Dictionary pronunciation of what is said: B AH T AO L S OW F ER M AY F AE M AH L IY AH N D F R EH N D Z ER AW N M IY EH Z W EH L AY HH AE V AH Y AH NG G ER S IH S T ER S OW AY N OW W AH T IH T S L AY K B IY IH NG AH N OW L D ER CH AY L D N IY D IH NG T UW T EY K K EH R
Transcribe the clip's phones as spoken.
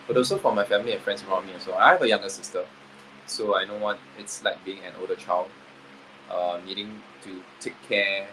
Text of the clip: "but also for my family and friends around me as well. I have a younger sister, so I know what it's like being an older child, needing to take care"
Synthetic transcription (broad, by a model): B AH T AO S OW F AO M AY F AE M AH L IY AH N F R EH N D S ER AW N M IY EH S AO AY HH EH V AH Y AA NG G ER S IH S T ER S OW AY N OW W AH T IH T S L AY K B IY IH NG AH N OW L D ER CH AY L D N IY D IH NG T UW T EY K K EH